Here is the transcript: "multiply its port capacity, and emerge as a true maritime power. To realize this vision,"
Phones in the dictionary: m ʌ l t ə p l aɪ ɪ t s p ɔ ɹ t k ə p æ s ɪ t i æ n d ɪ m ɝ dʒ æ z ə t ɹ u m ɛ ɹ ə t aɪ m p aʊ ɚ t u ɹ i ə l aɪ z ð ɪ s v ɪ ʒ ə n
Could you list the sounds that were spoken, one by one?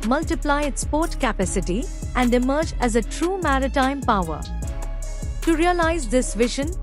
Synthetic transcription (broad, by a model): m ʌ l t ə p l aɪ ɪ t s p ɔ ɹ t k ə p æ s ɪ t i æ n d ɪ m ɝ dʒ æ z ə t ɹ u m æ ɹ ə t aɪ m p aʊ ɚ t u ɹ i ə l aɪ z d ɪ s v ɪ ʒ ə n